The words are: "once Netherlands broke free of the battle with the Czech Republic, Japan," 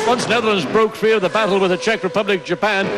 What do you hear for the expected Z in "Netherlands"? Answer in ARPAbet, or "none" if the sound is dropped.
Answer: Z